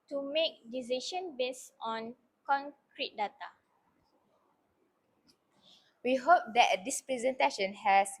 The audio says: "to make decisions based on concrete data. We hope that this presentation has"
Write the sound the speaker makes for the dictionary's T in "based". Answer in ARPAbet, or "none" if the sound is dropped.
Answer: none